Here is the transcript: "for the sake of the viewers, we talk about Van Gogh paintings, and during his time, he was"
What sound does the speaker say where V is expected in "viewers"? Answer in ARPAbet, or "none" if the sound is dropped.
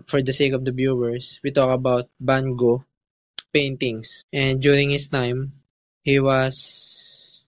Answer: B